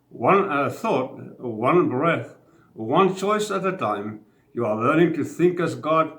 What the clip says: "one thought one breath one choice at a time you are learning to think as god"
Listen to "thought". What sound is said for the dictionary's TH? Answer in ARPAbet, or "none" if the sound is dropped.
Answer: TH